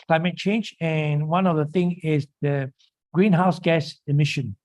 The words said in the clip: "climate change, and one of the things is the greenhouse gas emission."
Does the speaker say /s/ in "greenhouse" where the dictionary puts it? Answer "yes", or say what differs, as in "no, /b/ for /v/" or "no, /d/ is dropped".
yes